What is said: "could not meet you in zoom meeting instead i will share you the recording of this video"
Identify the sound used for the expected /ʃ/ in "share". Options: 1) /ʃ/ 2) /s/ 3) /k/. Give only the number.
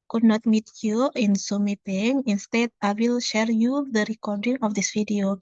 1